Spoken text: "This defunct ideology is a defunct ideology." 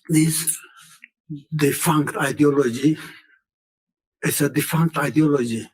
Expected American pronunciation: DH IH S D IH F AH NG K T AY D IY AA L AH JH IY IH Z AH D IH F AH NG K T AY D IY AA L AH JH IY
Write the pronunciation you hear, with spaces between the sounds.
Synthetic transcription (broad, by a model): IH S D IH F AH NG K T AY D IY AA L AH JH IY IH S AH D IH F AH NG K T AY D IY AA L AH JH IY